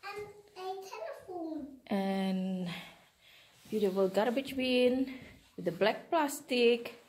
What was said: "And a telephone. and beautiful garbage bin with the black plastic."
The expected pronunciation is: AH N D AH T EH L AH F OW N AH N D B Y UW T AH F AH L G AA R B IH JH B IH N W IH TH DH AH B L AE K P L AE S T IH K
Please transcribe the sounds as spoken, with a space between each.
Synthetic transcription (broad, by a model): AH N AH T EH N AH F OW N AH N B Y UW T AH F AH L G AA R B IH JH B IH N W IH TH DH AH B L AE K P L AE S T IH K